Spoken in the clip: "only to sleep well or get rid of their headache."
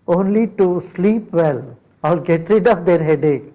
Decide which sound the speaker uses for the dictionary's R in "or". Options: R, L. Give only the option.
L